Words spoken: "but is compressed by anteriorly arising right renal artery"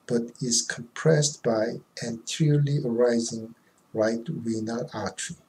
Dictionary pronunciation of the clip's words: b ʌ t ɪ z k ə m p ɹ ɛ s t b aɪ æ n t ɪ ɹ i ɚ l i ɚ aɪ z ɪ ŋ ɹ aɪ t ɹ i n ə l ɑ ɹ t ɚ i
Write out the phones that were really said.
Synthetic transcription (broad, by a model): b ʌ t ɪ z k ə m p ɹ ɛ s t b aɪ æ n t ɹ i l i ɚ aɪ z ɪ ŋ ɹ aɪ t w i n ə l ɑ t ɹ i